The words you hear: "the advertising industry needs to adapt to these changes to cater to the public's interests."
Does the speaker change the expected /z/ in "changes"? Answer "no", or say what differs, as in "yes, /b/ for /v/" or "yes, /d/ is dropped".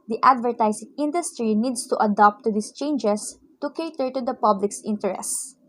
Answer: yes, /s/ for /z/